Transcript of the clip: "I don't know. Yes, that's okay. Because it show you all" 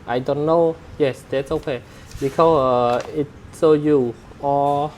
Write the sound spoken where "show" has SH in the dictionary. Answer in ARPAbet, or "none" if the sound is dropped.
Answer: S